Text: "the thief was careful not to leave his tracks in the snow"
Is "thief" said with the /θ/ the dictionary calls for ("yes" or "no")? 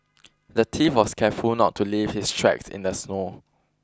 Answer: no